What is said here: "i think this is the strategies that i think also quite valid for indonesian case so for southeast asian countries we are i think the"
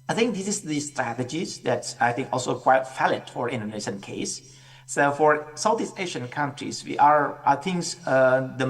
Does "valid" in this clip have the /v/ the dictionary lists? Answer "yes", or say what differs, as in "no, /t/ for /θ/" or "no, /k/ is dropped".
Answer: no, /f/ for /v/